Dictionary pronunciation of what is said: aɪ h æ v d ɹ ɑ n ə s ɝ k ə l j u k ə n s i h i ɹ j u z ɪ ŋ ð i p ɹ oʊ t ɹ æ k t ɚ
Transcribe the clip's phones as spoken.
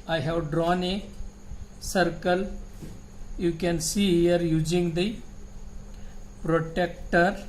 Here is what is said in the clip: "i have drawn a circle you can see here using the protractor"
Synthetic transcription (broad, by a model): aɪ h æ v d ɹ ɑ n ə s ɝ k ə l j u k ə n s i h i ɹ j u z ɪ ŋ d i p ɹ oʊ t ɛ k t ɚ